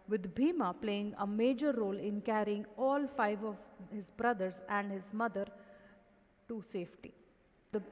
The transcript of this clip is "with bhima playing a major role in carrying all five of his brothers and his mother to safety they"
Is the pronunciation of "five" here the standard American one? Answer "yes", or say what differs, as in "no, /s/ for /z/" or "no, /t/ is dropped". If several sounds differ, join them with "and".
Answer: yes